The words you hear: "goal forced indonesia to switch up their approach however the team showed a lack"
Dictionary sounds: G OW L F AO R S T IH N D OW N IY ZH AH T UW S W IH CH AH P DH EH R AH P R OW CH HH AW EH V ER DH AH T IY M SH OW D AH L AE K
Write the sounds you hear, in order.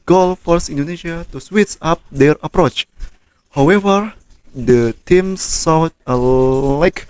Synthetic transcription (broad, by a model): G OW L F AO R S IH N D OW N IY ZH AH T UW S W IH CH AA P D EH R AH P R OW CH HH AW EH V ER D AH T IY M S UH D AH L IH K